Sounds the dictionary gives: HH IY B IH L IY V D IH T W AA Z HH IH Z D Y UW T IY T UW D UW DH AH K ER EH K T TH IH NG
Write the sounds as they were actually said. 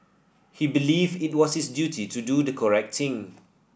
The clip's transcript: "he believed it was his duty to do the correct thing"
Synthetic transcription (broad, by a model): HH IY B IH L IY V IH T W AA S HH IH S D Y UW T IY T UW D UW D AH K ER EH K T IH NG